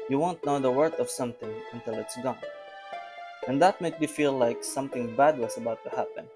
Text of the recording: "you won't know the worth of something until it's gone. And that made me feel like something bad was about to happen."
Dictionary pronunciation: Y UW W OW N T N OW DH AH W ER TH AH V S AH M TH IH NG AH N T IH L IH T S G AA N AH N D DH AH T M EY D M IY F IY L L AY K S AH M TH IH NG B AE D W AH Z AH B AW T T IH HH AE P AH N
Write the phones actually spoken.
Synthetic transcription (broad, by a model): Y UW W OW N T N OW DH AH W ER T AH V S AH M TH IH NG AH N T IH L IH T S G AA N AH N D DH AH T M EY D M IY F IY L L AY K S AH M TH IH NG B AE D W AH S AH B AW T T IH HH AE P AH N